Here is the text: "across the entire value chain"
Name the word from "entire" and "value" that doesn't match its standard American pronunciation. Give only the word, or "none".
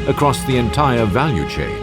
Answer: none